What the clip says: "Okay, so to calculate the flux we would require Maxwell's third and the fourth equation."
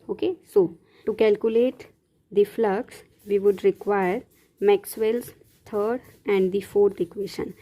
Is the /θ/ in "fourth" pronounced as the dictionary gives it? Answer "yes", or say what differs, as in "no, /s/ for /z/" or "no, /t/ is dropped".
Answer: no, /t/ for /θ/